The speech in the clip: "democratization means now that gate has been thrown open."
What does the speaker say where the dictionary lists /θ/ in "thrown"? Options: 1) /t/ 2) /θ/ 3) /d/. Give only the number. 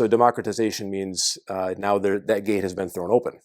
2